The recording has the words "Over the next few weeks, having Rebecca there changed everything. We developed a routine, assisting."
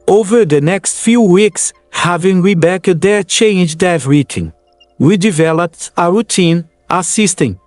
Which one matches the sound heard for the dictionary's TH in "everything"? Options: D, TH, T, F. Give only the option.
T